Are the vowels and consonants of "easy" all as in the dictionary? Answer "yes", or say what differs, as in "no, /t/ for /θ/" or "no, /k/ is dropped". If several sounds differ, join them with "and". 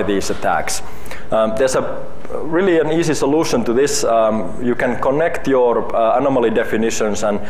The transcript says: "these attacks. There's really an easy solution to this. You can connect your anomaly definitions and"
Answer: no, /s/ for /z/